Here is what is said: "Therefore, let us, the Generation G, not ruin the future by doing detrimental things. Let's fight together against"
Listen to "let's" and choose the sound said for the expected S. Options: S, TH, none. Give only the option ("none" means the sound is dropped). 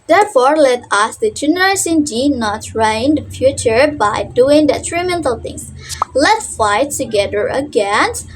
none